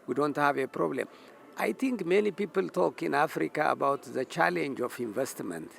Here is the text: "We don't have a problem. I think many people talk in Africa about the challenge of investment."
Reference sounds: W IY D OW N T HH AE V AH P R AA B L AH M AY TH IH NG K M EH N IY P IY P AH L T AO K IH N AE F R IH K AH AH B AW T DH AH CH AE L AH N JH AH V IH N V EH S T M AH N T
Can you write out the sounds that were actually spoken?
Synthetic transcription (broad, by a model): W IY D OW N T HH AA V AH P R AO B L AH M AY T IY NG K M EH N IY P IY P AH L T AO K IH N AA F R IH K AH AH B AW T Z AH CH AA L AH N JH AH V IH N V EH S T M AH N T